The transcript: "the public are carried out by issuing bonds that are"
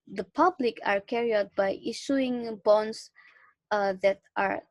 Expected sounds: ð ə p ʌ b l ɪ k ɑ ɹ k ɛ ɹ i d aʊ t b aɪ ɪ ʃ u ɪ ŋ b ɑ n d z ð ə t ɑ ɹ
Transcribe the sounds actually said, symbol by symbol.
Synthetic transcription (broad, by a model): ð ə p ʌ b l ɪ k ɑ ɹ k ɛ ɹ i aʊ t b aɪ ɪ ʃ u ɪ ŋ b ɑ n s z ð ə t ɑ ɹ